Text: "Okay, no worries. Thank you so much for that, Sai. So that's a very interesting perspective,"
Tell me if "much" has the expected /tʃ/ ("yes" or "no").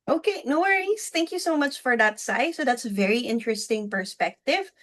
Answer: yes